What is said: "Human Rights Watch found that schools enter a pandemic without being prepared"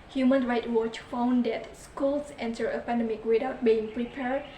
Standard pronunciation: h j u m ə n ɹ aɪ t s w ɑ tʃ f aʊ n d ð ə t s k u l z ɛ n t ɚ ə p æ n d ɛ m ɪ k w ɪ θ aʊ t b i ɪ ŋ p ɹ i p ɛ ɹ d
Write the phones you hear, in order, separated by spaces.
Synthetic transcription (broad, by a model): h j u m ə n ɹ aɪ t w ɑ tʃ f aʊ n d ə t s k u l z ɛ n t ɚ ə p æ n d ɛ m ɪ k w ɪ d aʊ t b i ɪ ŋ p ɹ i p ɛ ɹ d